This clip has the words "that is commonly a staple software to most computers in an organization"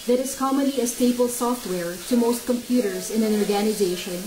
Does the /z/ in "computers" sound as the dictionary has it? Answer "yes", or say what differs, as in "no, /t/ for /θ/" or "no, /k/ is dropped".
yes